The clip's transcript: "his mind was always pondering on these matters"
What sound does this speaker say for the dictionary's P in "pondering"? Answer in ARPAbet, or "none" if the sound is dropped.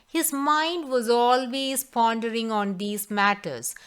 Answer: P